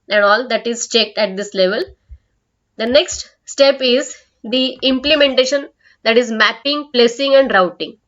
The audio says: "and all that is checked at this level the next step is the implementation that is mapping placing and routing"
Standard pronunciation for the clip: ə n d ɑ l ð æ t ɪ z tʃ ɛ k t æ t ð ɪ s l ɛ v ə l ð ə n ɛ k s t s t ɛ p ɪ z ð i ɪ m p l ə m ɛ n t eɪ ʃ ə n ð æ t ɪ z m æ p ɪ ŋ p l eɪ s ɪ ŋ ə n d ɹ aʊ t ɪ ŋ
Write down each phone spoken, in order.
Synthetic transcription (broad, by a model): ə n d ɑ l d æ t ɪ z tʃ ɛ k t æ t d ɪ s l ɛ v ə l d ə n ɛ k s t s t ɛ p ɪ z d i ɪ m p l ə m ɛ n t eɪ ʃ ə n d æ t ɪ z m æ p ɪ ŋ p l eɪ s ɪ ŋ ə n d ɹ aʊ t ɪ ŋ